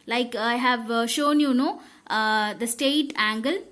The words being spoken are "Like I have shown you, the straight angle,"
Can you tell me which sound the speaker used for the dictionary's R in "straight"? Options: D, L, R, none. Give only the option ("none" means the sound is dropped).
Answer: none